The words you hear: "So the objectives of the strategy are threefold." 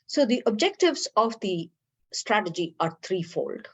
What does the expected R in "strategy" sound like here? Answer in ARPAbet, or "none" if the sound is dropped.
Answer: R